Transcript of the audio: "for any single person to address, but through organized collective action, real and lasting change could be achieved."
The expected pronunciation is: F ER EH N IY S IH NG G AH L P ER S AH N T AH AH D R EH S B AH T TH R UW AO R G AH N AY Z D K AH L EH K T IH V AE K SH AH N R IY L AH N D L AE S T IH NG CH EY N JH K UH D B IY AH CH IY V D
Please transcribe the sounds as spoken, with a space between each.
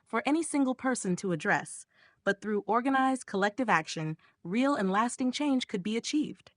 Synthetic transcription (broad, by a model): F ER EH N IY S IH NG G L P ER S AH N T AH AH D R EH S B AH T TH R UW AO R G AH N AY Z D K AH L EH K T IH V AE K SH AH N R IY L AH N L AE S T IH NG CH EY N ZH K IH D B IY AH CH IY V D